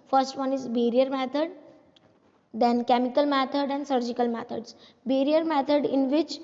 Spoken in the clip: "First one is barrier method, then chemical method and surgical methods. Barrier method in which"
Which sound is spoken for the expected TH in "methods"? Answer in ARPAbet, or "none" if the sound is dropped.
T